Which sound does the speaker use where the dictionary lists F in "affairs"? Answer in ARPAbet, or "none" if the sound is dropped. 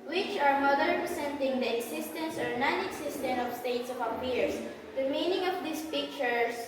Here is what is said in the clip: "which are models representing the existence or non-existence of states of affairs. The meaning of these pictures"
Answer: P